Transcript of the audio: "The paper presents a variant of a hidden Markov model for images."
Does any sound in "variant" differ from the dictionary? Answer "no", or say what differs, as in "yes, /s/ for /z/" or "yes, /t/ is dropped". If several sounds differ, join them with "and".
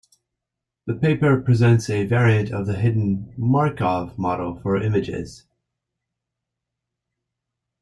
yes, /n/ is dropped